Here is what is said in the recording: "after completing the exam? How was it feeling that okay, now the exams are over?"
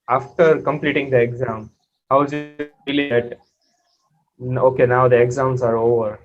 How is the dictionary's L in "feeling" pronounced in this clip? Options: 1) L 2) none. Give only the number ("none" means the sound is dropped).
2